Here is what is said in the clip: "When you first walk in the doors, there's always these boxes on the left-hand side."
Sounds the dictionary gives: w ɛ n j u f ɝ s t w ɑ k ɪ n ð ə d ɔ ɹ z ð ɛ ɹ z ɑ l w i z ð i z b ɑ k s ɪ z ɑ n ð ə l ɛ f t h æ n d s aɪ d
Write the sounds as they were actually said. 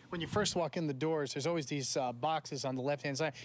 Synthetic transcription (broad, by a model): w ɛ n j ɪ f ɝ s t w ɑ k ɪ n ð ə d ɔ ɹ z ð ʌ ɹ z ɑ l w i z ð i z b ɑ k s ɪ z n ð ə l ɛ f t h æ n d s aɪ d